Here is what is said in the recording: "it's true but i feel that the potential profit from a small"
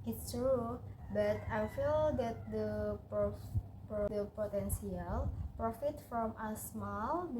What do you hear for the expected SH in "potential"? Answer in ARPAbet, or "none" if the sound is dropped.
S